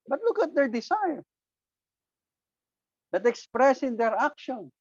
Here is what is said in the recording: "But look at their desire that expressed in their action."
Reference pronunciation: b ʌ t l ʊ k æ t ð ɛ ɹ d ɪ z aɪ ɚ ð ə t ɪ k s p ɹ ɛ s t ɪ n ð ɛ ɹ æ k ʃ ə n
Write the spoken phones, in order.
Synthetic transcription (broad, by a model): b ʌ t l ʊ k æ t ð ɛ ɹ d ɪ s aɪ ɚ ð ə t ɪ k s p ɹ ɛ s ɪ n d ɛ ɹ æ k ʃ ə n